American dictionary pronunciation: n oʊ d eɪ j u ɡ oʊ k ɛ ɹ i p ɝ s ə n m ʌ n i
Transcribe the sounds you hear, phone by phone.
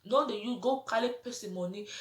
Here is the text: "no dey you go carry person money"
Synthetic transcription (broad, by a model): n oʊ d eɪ j u ɡ oʊ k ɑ l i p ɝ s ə m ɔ n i